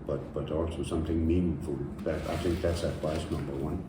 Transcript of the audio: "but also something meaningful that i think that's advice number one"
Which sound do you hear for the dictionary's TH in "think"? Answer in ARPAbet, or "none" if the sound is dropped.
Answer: TH